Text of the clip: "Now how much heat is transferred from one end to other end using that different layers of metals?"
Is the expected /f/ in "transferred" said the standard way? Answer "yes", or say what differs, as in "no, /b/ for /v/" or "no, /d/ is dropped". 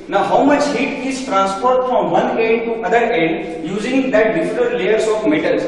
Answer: no, /p/ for /f/